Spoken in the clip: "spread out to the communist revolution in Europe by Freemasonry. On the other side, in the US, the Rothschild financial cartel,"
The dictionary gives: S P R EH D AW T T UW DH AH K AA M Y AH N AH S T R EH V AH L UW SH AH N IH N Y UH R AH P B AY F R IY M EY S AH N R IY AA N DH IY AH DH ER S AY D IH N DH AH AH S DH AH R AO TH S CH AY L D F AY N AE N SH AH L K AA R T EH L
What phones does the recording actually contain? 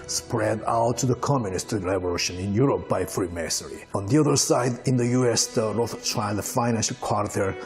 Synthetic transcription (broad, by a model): S P R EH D AW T T UW DH AH K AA M Y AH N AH S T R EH B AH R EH SH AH N IH N Y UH R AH P B AY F R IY M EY S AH R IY AA N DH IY AH DH ER S AY D IH N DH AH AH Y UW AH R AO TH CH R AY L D F AY N AE N SH AH L K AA R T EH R